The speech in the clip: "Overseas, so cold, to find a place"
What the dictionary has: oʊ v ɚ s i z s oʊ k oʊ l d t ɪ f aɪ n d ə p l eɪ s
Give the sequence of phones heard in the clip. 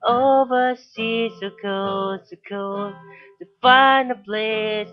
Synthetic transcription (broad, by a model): oʊ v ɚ s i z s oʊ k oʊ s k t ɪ f aɪ n ə p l eɪ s